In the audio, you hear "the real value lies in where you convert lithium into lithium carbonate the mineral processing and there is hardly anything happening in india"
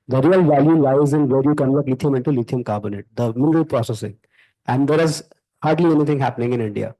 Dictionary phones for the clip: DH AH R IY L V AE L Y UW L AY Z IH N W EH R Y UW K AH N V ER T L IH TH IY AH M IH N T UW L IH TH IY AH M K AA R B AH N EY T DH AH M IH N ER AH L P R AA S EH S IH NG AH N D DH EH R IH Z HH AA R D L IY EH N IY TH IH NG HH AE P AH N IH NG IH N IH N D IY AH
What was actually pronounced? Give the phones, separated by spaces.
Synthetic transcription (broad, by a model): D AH R IY L V AE L Y UW L AY Z IH N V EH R Y UW K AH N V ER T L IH T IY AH M IH N T UW L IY T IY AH M K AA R B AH N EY T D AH M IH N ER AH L P R AA S EH S IH NG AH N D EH R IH Z HH AA R D L IY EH N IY T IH NG HH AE P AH N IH NG IH N IH N D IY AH